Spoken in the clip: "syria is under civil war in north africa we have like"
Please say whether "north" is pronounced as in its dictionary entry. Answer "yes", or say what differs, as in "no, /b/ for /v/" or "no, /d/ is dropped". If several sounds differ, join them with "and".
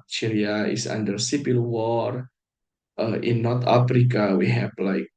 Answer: no, /t/ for /θ/